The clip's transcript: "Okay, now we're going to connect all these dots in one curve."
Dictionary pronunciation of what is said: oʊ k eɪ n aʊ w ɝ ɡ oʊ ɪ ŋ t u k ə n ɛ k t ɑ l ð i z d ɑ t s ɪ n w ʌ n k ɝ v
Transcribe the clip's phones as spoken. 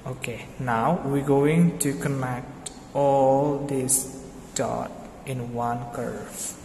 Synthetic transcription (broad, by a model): oʊ k eɪ n aʊ w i ɡ oʊ ɪ ŋ t u k ə n ɛ k t ɑ l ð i s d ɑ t ɪ n w ʌ n k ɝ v